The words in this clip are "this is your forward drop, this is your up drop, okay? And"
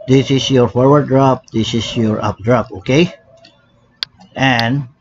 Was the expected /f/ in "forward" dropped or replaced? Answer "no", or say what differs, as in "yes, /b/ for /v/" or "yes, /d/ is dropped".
no